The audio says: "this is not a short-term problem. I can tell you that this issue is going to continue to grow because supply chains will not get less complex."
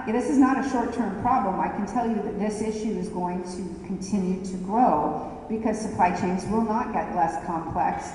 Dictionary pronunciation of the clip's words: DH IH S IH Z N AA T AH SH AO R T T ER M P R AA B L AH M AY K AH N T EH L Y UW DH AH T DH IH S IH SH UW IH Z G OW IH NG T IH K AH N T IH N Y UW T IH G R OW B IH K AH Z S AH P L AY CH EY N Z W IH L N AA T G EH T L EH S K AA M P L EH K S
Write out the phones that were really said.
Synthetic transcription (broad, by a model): DH IH S IH Z N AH T AH SH AO R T T ER M P R AA B L AH M AY K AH N T EH L Y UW DH AH T DH IH S IH SH UW IH Z G OW IH NG T IH K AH N T IH N Y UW T IH G R OW B IH K AH Z S AH P L AY CH EY N Z W IH L N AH T G EH T L EH S K AA M P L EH K S